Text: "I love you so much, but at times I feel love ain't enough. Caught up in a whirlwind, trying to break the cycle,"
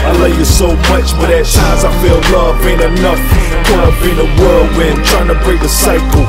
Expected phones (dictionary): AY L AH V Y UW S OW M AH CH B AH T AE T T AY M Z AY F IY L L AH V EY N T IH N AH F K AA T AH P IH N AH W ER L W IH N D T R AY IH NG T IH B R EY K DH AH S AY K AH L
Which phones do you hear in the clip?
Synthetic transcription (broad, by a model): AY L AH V Y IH S OW M AH CH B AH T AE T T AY Z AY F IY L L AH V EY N IH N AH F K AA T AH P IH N AH W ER L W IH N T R AY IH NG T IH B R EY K DH AH S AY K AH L